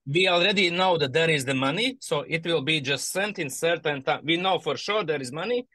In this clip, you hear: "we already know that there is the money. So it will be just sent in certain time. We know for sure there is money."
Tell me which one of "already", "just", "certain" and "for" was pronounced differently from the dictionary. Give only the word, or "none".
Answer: none